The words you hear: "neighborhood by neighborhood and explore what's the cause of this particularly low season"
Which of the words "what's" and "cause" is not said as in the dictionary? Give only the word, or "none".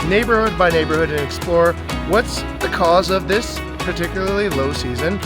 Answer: none